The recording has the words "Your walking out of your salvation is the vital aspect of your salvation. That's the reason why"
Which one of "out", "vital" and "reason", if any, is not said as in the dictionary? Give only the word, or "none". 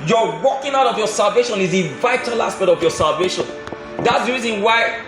none